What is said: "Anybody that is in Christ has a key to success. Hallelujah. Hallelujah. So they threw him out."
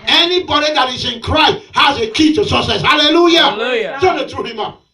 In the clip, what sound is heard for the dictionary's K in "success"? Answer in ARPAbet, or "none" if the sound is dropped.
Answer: none